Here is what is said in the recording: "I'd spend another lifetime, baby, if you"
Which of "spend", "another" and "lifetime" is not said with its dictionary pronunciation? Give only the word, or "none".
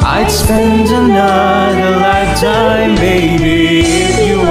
lifetime